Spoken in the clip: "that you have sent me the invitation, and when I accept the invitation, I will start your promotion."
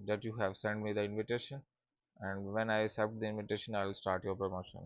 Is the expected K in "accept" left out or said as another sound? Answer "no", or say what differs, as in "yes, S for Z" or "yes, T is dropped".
yes, K is dropped